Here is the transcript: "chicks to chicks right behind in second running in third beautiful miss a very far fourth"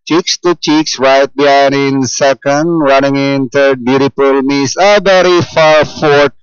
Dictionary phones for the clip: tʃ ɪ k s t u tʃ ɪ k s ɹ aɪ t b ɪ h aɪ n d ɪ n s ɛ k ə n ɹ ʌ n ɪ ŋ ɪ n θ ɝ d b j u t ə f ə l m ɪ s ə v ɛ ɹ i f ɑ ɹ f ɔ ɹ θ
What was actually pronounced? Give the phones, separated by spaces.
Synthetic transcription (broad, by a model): tʃ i k s t u tʃ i k s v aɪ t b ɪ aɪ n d ɪ n s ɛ k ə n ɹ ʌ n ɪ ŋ ɪ n t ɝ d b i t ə p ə l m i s ə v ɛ ɹ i f ɑ ɹ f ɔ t